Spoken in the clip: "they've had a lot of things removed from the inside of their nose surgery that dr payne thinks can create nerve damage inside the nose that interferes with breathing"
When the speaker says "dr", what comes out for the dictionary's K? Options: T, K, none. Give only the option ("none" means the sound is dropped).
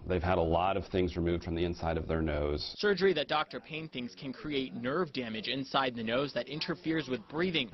K